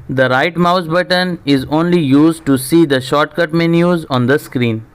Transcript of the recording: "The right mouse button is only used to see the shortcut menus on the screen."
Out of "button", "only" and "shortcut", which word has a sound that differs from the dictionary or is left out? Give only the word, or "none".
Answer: none